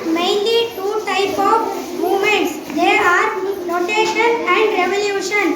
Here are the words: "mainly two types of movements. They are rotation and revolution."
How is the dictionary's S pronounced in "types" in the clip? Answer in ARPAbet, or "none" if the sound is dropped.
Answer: none